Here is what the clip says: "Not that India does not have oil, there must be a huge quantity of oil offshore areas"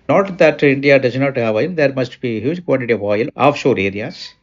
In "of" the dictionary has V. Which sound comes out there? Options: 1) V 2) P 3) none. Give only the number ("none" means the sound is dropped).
1